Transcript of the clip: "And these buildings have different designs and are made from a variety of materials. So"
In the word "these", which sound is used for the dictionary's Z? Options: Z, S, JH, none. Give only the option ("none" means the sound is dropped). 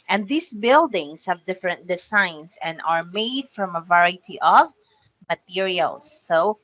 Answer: S